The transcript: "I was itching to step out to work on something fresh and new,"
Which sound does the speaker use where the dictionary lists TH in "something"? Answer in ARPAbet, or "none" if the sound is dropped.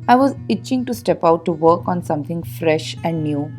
T